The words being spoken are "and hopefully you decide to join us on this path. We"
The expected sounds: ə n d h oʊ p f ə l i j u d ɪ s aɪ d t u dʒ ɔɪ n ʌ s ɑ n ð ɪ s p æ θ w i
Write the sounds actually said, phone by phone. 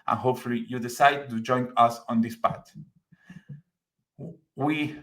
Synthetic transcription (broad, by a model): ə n h oʊ p f ə l i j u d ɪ s aɪ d t u dʒ ɔɪ n ʌ s ɑ n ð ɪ s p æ t w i